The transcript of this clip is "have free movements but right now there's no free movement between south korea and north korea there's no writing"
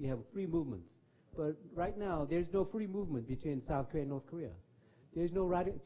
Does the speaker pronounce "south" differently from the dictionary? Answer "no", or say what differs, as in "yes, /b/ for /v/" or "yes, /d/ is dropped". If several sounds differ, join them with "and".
no